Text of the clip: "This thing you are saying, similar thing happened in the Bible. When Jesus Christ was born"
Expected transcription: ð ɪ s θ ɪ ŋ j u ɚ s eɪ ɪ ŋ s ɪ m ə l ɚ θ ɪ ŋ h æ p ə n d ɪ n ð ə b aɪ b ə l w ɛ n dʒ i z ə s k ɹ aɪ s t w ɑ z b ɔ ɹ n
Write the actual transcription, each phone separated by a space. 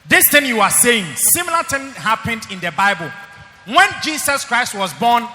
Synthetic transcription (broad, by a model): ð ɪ s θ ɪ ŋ j u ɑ s eɪ ɪ ŋ s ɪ m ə l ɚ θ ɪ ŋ h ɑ p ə n d ɪ n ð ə b aɪ b ə l w ɛ n dʒ i s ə s k ɹ aɪ s t w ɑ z b ɔ n